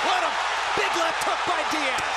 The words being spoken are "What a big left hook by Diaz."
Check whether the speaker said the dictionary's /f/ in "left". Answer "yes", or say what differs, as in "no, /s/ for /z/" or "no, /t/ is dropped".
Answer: no, /f/ is dropped